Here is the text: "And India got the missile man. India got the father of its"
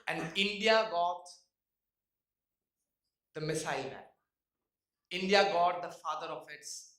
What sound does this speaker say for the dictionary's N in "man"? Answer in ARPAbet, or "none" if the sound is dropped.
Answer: none